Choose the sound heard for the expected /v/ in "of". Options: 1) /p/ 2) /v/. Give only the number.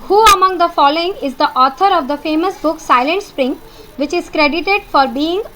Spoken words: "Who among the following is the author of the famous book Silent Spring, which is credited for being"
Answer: 2